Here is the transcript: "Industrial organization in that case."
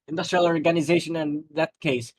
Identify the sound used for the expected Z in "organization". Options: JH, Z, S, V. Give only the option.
Z